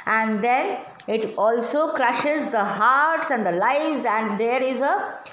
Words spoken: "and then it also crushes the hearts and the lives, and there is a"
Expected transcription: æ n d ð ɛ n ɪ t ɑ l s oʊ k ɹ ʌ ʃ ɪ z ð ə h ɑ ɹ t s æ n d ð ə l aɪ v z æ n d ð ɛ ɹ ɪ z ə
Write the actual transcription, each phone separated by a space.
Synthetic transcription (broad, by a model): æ n d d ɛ n ɪ t ɑ l s oʊ k ɹ ʌ ʃ ɪ z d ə h ɑ ɹ t s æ n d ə l aɪ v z æ n d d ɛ ɹ ɪ z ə